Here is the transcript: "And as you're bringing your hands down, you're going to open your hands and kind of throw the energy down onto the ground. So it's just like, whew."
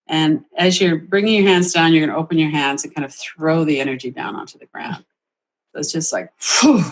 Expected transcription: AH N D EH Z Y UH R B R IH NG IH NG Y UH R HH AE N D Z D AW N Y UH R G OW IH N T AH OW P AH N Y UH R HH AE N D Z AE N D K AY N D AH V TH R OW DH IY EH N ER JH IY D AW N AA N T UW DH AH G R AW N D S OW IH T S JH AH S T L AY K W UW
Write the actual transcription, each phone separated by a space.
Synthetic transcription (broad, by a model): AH N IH Z Y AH R B R IH NG IH NG Y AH R HH AE N D Z D AW N Y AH R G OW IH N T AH OW P AH N Y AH R HH AE N D Z N K AY N D AH V TH R OW DH IY EH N ER JH IY D AW N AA N T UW DH AH G R AW N D S OW IH T S JH AH S T L AY K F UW